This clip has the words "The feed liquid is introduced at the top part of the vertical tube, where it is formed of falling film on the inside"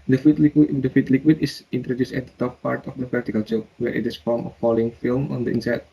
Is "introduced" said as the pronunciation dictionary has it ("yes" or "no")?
yes